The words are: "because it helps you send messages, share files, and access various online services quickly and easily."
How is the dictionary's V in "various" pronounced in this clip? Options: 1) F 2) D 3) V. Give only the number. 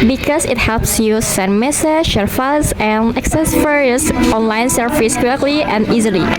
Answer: 1